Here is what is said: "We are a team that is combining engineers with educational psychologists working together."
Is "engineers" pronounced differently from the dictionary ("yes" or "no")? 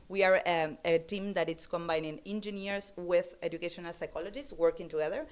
yes